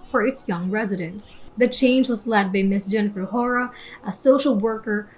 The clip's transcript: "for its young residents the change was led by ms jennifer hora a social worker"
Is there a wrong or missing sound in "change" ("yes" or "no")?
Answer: no